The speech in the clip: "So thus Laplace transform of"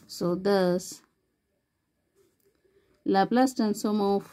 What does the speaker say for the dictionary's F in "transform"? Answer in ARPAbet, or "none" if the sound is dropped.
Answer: none